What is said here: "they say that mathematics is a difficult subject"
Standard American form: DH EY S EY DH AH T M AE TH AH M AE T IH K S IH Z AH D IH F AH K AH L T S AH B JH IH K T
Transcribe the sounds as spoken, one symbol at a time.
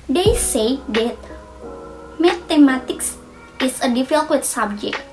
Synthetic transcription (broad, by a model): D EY S EY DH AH T M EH T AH M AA T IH K S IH S AH D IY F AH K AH T S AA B JH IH K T